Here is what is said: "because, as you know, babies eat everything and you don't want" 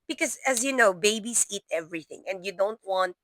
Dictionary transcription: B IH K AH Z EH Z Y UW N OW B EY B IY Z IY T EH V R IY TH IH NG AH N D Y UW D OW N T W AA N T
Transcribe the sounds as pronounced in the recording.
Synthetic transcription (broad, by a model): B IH K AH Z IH Z Y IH N OW B EY B IY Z IY T EH V R IY TH IH NG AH N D Y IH D OW N T W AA N T